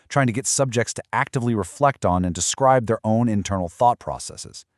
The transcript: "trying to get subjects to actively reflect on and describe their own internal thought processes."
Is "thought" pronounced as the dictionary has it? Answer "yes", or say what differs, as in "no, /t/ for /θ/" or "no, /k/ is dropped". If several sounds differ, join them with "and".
yes